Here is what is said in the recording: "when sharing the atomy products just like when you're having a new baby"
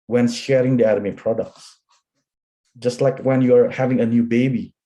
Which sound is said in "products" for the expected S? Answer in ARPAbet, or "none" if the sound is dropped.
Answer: S